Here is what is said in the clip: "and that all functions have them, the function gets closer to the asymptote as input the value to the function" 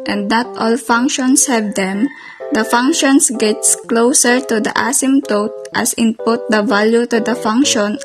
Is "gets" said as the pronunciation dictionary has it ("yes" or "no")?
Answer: yes